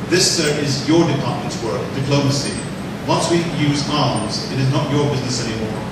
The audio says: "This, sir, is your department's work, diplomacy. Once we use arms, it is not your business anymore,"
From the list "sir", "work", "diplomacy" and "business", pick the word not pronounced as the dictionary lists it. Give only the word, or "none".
none